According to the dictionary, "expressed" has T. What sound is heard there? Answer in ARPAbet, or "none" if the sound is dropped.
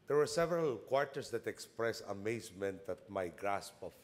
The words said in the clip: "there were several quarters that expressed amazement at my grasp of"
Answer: none